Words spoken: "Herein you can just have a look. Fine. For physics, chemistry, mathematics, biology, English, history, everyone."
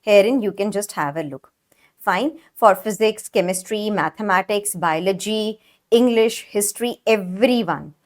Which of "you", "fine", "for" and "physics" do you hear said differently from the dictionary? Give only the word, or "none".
none